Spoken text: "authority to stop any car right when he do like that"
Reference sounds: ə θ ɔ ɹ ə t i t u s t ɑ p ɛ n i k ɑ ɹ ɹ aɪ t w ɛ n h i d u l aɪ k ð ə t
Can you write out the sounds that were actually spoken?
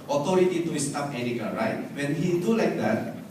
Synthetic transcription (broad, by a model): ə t ɔ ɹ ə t i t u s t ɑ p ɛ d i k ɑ l ɹ aɪ t w ɛ n h i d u l aɪ k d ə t